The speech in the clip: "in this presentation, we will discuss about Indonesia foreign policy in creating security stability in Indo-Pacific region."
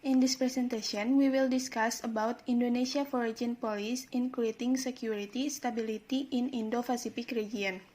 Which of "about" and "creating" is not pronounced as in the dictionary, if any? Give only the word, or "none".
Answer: none